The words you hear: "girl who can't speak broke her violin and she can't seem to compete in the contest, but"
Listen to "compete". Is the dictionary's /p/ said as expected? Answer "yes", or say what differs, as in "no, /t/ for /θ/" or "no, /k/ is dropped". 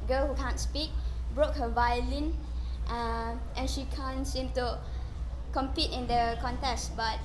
yes